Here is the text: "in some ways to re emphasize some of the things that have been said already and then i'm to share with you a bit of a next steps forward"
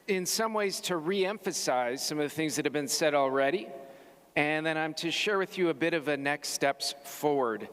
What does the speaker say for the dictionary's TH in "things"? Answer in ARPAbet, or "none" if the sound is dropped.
TH